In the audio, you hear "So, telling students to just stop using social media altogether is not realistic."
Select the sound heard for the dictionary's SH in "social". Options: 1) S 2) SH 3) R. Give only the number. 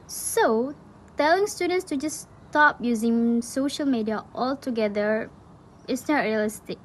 2